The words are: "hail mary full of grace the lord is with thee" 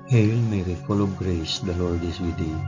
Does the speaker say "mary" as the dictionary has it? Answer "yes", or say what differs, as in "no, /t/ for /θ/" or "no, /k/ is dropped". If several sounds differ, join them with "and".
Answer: yes